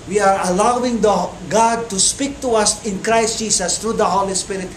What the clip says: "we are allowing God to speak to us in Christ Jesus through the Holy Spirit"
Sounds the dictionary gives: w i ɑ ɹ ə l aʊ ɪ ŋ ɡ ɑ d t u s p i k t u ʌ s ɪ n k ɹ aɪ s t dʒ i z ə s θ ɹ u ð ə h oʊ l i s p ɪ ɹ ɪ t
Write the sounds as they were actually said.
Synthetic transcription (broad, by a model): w i ɑ ɹ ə l aʊ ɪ ŋ ɡ ɑ d t u s p i k t u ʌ s ɪ n k ɹ aɪ s t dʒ i s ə s t ɹ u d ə h oʊ l i s p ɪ ɹ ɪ t